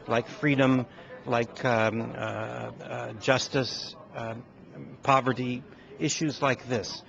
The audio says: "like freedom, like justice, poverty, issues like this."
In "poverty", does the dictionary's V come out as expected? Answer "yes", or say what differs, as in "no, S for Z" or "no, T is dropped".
yes